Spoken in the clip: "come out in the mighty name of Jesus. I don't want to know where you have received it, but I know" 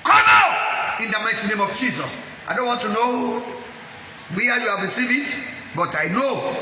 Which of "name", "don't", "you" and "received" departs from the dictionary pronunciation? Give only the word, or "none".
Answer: received